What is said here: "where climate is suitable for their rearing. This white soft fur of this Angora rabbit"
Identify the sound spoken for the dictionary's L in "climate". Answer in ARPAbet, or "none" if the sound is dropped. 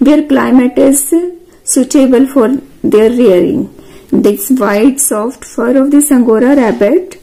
L